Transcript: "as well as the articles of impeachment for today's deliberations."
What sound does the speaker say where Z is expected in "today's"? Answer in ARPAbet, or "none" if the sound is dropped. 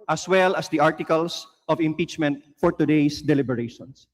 S